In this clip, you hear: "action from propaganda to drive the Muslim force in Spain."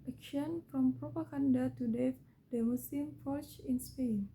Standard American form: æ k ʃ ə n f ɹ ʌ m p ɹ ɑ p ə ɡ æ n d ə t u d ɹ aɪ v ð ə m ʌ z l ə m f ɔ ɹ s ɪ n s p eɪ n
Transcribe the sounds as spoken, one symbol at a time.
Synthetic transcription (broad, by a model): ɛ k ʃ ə n f ɹ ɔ m p ɹ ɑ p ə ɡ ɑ n d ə t u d ɛ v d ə m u s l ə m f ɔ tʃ ɪ n s p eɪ n